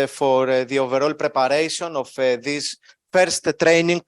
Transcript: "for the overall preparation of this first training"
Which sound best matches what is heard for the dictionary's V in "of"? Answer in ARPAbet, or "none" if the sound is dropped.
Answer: F